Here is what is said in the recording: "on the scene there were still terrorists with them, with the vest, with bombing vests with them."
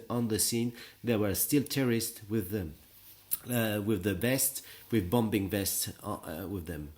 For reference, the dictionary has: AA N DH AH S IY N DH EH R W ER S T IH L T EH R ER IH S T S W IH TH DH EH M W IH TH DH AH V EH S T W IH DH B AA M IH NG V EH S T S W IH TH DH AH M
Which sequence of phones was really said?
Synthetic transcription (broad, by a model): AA N DH AH S IY N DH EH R W ER S T IH L T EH R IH S T W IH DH W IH DH AH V EH S T W IH DH B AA M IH NG V EH S T S W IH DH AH M